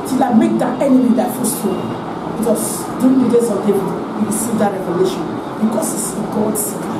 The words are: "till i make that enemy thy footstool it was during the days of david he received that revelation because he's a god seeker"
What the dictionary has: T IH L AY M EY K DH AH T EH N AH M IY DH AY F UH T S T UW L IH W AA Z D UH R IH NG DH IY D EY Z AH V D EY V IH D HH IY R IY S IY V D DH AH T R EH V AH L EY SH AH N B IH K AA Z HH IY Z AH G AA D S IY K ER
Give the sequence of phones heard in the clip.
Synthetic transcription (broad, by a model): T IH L AY M EY K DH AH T EH N AH M IY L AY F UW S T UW IH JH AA S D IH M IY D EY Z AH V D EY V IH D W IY R IY S IY V D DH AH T R EH V AH L EY SH AH N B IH K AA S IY S AH G AA D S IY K